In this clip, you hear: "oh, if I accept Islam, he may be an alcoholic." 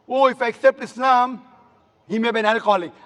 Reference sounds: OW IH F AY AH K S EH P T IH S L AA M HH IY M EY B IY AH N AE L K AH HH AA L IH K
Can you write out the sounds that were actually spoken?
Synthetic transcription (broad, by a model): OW IH F AY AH K S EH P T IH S N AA M HH IY M EY B IY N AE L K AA L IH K